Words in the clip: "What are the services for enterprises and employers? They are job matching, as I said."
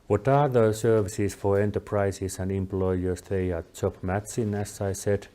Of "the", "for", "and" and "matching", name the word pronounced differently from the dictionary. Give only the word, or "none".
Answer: matching